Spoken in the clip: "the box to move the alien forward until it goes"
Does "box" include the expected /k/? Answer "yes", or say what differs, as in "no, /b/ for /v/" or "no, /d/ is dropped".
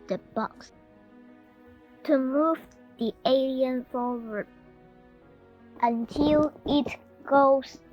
yes